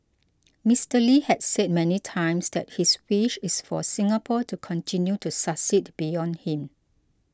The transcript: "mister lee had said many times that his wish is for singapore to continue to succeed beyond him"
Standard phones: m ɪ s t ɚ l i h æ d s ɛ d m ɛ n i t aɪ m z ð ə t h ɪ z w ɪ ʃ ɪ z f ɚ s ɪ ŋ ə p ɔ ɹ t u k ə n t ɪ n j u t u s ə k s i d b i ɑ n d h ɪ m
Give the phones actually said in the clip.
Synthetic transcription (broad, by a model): m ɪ s t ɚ l i h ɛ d s ɛ d m ɛ n i t aɪ m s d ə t h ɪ s w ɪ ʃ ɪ s f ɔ s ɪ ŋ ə p ɔ t u k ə n t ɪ n j u t u s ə s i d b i ɑ n d h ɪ m